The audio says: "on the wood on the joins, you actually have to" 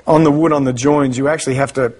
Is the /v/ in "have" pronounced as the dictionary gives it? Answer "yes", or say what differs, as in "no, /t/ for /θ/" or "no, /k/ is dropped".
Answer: no, /f/ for /v/